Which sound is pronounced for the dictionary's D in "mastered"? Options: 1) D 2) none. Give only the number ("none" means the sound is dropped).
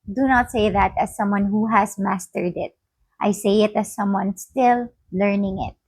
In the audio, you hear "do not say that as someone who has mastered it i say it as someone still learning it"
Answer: 1